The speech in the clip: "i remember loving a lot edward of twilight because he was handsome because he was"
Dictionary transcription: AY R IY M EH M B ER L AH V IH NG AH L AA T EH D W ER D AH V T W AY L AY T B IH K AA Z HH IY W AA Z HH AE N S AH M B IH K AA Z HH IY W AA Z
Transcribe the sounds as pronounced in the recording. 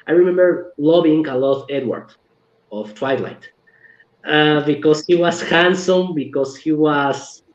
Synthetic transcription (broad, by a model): AY R IY M EH M B ER L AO B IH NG AH L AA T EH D W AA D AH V T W AY L AY T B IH K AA S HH IY W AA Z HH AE N S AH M B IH K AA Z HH IY W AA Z